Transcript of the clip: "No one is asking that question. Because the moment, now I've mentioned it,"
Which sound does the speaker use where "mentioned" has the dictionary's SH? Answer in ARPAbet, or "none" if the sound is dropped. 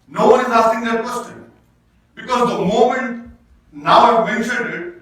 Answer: none